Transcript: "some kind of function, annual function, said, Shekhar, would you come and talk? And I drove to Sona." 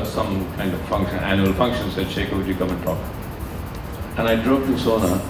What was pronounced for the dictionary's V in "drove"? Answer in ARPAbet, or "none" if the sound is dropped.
P